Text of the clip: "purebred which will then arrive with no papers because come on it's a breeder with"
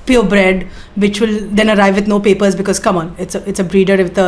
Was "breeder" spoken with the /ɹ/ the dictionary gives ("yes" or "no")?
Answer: yes